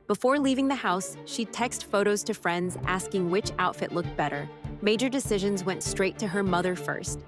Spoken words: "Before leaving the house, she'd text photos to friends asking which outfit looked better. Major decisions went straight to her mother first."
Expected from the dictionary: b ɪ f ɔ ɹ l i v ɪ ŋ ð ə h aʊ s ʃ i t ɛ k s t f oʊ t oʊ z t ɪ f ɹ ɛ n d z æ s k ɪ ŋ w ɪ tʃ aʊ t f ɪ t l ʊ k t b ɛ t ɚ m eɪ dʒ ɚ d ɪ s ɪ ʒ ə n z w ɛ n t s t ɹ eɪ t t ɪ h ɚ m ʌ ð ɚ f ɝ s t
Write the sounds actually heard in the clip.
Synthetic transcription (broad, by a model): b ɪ f ɔ ɹ l i v ɪ ŋ ð ə h aʊ s ʃ i t ɛ k s t f oʊ t oʊ z t ɪ f ɹ ɛ n d z æ s k ɪ ŋ w ɪ tʃ aʊ t f ɪ t l ʊ k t b ɛ t ɚ m eɪ dʒ ɚ d ɪ s ɪ ʒ ə n z w ɛ n t s t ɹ eɪ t t ɪ ɚ m ʌ ð ɚ f ɝ s t